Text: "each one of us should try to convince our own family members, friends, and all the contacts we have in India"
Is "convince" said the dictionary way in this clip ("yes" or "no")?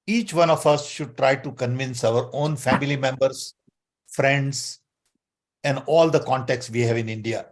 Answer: yes